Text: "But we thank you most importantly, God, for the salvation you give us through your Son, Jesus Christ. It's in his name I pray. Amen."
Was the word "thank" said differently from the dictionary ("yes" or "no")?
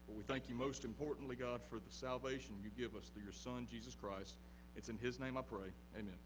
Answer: no